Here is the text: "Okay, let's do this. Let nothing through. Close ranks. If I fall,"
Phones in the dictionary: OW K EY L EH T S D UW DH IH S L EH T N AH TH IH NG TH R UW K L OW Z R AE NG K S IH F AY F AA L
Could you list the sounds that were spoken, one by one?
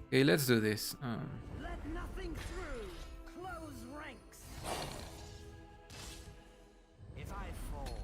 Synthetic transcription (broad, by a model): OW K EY L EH T S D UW DH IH S L EH T N AH TH IH NG TH R UW K L OW Z R AE NG K S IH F AY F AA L